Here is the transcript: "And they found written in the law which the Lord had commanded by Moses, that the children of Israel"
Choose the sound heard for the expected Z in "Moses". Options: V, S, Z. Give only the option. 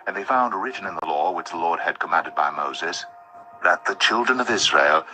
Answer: Z